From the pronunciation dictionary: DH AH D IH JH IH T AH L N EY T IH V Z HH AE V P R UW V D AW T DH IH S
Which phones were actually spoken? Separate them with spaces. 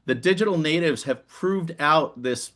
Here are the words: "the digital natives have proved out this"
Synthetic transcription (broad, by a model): DH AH D IH JH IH T L N EY T IH V Z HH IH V P R UW V D AW T DH IH S